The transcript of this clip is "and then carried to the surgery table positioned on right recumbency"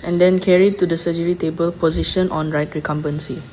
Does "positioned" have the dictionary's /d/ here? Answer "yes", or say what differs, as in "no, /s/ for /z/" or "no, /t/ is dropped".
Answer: no, /d/ is dropped